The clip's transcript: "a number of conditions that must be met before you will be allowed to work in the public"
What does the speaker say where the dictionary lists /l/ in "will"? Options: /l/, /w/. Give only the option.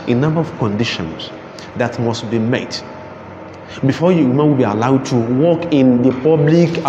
/w/